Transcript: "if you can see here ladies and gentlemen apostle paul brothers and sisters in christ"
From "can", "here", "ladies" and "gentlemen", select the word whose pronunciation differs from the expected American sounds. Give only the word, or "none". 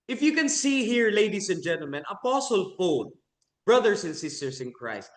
ladies